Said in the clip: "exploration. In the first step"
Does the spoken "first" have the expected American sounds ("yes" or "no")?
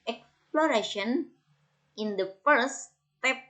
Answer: no